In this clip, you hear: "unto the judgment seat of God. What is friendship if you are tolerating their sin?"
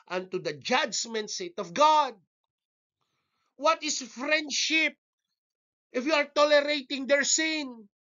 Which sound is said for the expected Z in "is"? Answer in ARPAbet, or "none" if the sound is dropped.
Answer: S